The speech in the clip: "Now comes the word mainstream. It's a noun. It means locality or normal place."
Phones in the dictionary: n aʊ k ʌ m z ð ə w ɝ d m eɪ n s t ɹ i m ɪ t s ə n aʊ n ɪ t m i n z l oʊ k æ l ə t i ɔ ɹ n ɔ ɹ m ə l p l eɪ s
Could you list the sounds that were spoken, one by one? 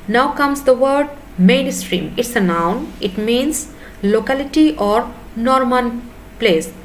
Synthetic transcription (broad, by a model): n aʊ k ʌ m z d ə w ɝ d m eɪ n s t ɹ i m ɪ t s ə n aʊ n ɪ t m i n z l oʊ k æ l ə t i ɔ ɹ n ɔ ɹ m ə n p l eɪ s